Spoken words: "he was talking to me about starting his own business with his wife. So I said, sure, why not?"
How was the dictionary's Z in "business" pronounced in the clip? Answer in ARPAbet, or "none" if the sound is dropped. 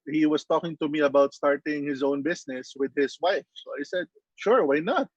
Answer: S